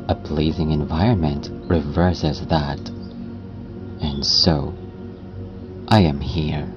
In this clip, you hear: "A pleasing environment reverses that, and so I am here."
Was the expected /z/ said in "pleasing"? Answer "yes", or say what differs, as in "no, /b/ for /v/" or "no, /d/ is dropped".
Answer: yes